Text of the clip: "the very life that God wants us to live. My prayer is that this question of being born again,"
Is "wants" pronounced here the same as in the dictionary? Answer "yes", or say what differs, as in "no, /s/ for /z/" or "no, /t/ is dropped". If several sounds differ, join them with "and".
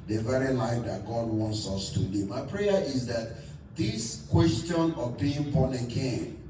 yes